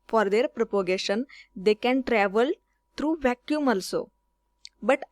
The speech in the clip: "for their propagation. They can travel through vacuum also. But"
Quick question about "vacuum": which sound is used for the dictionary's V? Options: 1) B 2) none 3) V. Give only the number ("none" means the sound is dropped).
3